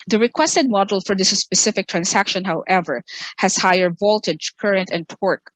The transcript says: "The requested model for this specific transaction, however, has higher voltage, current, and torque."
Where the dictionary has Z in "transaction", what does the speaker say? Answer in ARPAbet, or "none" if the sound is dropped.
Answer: S